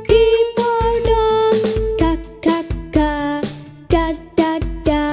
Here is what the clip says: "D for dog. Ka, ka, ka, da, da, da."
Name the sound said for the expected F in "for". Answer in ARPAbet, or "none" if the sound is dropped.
P